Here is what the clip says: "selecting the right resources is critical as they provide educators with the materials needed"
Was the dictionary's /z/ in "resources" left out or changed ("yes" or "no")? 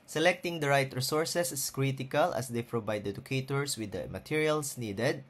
yes